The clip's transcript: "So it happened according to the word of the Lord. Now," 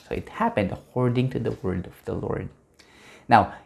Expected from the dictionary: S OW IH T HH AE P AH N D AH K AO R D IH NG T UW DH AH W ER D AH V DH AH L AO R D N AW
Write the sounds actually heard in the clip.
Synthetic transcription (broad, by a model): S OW IH T HH AE P AH N D AH K AO R D IH NG T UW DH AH W ER D AH V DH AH L AO R D N AW